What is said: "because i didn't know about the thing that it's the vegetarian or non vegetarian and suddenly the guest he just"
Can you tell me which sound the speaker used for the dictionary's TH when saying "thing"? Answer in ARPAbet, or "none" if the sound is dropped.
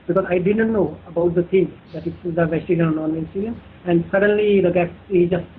T